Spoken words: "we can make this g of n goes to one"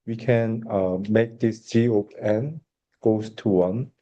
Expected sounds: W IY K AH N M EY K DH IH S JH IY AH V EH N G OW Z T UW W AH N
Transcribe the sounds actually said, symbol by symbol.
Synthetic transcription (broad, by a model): W IY K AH N M EY K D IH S JH IY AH P EH N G OW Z T UW W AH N